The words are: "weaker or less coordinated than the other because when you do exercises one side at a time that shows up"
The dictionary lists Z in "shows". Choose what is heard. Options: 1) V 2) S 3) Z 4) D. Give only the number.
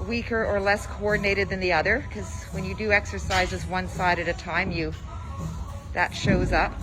3